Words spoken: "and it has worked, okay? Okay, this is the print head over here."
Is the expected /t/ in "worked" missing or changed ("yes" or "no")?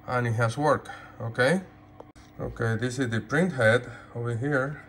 yes